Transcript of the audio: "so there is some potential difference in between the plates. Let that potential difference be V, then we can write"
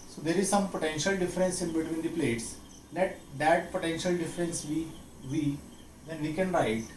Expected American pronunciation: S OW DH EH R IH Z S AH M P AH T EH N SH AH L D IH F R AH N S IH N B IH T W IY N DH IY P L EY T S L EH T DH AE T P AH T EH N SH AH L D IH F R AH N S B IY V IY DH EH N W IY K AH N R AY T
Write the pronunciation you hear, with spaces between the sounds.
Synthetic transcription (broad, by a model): S OW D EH R IH Z S AH M P AH T EH N SH AH L D IH F R AH N S IH N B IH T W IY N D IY P L EY T S L EH T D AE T P AH T EH N SH AH L D IH F R AH N S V IY V IY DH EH N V IY K AH N R AY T